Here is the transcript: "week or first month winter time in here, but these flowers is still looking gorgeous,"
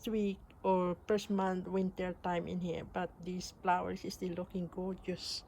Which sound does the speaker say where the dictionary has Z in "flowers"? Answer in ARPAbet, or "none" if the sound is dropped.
S